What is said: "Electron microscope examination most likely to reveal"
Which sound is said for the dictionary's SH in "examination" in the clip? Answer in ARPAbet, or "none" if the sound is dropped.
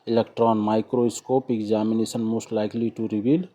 S